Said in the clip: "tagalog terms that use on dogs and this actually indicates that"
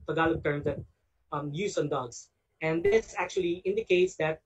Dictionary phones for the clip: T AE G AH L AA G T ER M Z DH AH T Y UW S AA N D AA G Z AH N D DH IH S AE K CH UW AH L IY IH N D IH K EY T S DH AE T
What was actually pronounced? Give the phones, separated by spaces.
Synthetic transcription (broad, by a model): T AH G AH L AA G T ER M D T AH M Y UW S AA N D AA G S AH N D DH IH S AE K CH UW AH L IY IH N D IH K EY T S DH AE T